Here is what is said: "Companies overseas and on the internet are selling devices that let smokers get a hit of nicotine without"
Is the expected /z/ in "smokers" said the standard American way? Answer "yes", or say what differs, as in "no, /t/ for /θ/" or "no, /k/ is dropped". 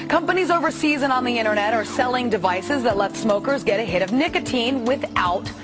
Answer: yes